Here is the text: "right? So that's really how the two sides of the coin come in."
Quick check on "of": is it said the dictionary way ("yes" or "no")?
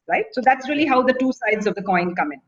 yes